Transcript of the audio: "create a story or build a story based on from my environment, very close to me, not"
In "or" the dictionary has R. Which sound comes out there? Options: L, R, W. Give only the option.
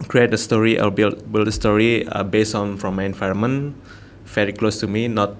L